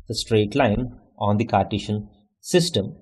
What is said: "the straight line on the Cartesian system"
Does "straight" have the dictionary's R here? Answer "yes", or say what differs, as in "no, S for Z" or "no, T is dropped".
yes